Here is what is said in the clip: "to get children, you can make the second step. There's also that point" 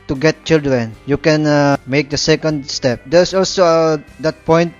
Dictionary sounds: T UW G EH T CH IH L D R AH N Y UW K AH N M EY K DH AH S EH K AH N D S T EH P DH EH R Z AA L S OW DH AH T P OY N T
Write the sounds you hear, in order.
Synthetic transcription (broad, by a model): T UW G EH T CH IH L D R AH N Y UW K AH N M EY K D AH S EH K AH N D S T EH P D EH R S AA L S OW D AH T P OY N T